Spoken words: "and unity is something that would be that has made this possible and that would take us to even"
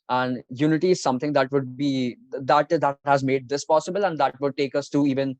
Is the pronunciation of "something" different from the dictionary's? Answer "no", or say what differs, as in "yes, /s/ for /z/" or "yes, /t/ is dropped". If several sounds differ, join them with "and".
yes, /t/ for /θ/